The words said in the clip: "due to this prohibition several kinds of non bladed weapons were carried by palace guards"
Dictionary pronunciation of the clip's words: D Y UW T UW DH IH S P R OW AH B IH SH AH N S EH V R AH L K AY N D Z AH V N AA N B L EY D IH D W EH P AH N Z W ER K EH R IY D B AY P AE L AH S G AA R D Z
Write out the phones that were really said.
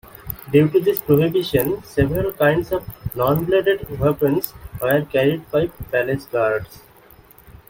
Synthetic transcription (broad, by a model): D Y UW T UW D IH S P R OW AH B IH SH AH N S EH V R AH L K AY N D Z AH V N AA N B L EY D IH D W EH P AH N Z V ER K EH R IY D B AY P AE L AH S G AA R D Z